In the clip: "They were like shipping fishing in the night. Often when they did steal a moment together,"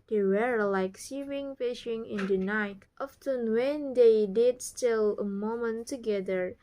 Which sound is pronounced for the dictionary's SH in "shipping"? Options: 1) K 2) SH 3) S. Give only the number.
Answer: 3